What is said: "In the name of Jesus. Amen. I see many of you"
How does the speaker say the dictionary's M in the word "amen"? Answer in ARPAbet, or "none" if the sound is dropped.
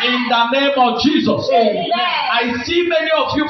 none